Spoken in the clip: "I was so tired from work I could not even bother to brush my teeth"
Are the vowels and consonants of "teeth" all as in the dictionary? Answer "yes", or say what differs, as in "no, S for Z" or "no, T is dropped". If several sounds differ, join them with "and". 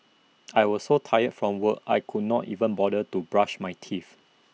no, F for TH